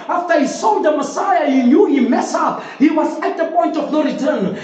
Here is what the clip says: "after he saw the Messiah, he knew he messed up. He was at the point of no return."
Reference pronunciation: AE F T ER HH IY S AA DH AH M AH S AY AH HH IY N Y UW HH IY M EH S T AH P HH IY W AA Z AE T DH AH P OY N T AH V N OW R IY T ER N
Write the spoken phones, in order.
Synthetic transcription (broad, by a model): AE F T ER HH IY S AA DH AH M AH S AY AH HH IY N Y UW HH IY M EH S AH HH IY W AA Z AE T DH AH P OY N T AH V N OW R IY T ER N